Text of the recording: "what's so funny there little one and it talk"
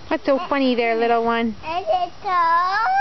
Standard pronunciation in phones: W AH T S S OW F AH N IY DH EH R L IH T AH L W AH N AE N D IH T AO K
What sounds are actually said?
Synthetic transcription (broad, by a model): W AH T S S OW F AH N IY DH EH R L IH T L W AH N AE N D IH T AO